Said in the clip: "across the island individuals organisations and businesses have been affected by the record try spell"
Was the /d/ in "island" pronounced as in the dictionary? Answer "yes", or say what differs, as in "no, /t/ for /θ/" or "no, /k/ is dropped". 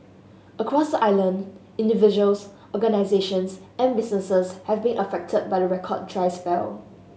yes